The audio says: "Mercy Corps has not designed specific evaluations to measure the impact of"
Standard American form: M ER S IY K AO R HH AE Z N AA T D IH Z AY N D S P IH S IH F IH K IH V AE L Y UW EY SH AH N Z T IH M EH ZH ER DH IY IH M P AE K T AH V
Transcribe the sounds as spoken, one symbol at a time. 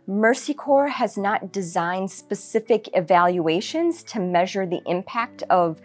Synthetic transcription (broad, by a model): M ER S IY K AO R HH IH Z N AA T D IH Z AY N D S P IH S IH F IH K IH V AE L Y UW EY SH AH N Z T IH M EH ZH ER DH IY IH M P AE K T AH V